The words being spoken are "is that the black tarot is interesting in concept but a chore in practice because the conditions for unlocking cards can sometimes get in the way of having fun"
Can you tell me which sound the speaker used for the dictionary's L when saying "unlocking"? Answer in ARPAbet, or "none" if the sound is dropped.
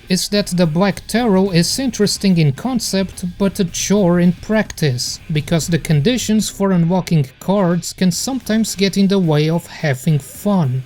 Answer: W